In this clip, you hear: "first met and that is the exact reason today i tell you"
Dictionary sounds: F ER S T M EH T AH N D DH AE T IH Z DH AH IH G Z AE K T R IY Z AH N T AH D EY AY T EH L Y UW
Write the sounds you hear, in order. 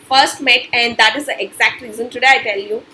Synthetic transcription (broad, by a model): F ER S T M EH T AH N D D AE T IH Z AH IH G Z AE K T R IY Z AH N T AH D EY AY T EH L Y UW